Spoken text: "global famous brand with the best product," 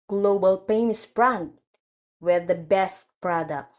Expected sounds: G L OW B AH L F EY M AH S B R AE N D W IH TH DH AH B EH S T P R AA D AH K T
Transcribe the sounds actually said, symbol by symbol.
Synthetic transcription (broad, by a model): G L OW B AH L P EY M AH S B R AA N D W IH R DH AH B EH S T P R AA D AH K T